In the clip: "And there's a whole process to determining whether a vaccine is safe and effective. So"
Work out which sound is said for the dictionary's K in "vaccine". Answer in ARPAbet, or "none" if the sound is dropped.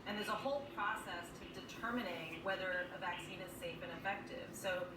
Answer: K